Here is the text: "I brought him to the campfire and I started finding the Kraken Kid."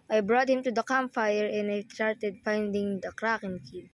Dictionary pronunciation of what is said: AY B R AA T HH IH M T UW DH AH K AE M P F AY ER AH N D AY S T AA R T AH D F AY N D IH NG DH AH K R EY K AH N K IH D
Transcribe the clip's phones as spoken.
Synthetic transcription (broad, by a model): AY B R AA T HH IH M T UW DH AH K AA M F AY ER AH N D AY S T AA R T AH D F AY N D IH NG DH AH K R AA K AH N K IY